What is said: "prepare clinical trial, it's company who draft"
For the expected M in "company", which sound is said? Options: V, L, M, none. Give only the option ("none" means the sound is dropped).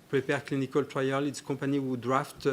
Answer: none